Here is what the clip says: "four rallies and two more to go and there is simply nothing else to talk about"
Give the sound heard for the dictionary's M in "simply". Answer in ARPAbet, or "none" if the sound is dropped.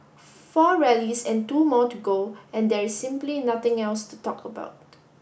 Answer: M